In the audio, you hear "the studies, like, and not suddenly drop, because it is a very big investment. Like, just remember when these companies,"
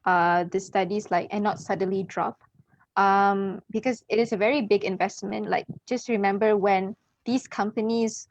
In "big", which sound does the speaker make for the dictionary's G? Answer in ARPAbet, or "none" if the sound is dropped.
G